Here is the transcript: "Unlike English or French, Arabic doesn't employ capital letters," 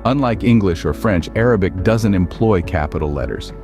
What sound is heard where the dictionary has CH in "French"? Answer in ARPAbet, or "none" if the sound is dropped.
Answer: CH